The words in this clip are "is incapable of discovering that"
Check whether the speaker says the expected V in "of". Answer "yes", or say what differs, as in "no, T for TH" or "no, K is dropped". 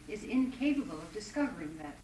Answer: yes